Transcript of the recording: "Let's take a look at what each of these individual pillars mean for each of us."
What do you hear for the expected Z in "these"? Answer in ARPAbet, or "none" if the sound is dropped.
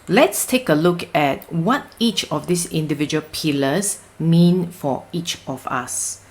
S